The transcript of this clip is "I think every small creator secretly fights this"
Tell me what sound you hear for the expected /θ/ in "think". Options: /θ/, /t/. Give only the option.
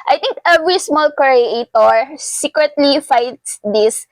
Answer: /t/